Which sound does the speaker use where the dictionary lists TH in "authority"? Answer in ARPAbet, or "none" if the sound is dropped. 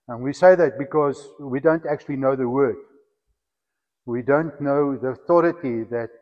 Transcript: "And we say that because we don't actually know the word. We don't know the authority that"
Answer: TH